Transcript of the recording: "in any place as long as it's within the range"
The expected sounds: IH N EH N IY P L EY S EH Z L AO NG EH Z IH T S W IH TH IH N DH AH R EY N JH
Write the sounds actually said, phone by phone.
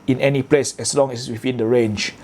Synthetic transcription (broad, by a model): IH N EH N IY P L EY S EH S L AO NG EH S W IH F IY N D AH R EY N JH